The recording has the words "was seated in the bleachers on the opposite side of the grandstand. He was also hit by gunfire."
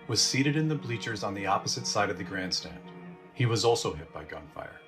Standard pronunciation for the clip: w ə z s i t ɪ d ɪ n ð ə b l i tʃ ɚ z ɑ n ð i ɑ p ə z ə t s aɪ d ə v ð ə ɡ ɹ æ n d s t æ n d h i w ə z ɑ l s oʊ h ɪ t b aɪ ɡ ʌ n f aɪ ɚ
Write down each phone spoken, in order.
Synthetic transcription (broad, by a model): w ə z s i t ɪ d ɪ n ð ə b l i tʃ ɚ z n ð i ɑ p ə z ə t s aɪ d ə v ð ə ɡ ɹ æ n d s t æ n d h i w ə z ɑ l s oʊ h ɪ t b aɪ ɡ ʌ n f aɪ ɚ